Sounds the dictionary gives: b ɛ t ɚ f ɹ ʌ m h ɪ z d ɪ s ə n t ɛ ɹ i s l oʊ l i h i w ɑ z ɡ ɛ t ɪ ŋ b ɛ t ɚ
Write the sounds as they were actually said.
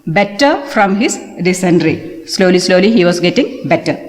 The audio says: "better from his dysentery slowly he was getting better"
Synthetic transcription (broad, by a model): b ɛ t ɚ f ɹ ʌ m h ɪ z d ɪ s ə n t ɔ l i s l oʊ l i h i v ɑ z ɡ ɛ t ɪ ŋ b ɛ t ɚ